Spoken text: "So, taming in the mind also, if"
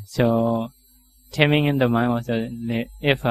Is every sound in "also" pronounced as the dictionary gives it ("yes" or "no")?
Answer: no